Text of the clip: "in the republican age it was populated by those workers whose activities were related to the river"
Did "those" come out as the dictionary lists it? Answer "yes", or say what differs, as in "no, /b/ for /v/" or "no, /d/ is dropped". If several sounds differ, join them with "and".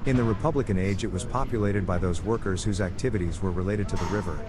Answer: yes